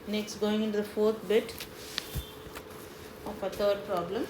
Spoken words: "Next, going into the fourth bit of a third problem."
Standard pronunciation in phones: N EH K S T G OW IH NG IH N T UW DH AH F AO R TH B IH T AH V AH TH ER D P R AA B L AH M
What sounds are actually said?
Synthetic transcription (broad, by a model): N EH K S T G OW IH NG IH N T UW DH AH F AO R T B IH T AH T AH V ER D P R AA B L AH M